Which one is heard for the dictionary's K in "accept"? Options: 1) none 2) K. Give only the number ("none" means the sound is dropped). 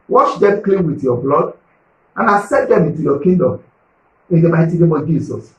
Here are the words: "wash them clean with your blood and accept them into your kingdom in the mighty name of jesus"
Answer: 1